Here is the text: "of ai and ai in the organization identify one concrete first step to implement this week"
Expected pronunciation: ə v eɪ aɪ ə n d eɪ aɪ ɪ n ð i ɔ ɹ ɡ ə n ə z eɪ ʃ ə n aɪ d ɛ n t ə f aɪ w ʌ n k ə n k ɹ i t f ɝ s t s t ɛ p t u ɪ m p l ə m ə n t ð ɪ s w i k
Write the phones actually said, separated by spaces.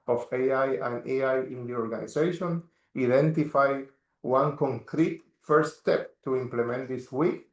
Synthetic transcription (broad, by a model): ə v eɪ aɪ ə n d eɪ aɪ ɪ n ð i ɔ ɹ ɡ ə n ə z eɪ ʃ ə n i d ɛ n t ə f aɪ w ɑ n k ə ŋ k ɹ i t f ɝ t s t ɛ p t u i m p l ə m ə n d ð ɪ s w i k